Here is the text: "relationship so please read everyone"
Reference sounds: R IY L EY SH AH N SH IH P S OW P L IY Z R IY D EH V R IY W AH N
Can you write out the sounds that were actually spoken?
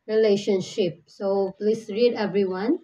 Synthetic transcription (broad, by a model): R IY L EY SH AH N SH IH P S OW P L IY S R IY D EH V R IY W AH N